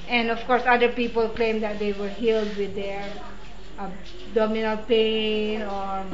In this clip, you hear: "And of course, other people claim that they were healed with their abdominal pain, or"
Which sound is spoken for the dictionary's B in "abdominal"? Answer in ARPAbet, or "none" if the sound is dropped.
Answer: none